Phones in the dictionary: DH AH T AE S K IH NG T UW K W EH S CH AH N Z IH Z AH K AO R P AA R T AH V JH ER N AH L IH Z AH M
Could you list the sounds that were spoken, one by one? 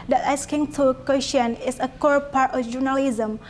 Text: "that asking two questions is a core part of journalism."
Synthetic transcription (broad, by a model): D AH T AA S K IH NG T UW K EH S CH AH N IH S AH K AO R P AA R T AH F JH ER N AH L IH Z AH M